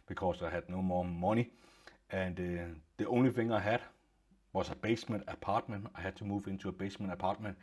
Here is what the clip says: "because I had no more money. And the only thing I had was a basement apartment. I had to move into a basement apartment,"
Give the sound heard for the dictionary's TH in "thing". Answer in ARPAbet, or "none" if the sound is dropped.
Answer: F